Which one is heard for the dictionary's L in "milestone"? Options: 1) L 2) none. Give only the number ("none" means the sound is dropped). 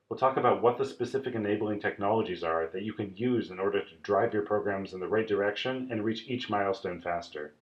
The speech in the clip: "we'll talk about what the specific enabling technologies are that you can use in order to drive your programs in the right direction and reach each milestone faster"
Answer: 1